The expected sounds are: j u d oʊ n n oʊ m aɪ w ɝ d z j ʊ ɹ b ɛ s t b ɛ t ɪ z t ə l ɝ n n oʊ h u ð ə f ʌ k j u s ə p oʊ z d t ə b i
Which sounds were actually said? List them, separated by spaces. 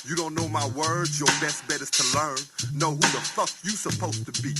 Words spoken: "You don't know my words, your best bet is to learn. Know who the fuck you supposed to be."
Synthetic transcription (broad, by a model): j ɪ d oʊ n n oʊ m aɪ w ɝ d z j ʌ ɹ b ɛ s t b ɛ t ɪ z t ə l ɝ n n oʊ h u ð ə f ʌ k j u s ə p oʊ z t ə b i